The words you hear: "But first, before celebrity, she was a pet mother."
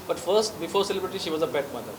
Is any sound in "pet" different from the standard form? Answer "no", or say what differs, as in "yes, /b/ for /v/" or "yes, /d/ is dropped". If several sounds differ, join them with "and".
yes, /b/ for /p/